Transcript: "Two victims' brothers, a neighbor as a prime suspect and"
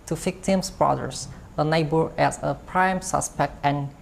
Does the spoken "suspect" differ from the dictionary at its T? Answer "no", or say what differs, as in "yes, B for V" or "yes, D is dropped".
no